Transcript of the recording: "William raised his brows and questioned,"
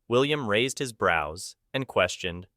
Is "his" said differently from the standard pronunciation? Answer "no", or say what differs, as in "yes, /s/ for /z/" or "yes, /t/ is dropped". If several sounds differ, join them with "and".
no